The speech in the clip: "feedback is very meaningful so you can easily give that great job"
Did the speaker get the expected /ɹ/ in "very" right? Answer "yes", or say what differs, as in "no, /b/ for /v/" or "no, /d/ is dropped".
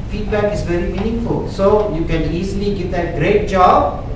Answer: yes